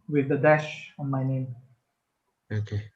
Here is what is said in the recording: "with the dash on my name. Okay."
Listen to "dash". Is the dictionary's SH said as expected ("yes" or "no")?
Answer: yes